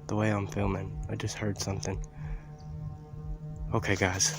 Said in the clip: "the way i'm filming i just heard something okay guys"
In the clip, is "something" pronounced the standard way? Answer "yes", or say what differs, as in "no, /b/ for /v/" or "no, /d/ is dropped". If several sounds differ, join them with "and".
yes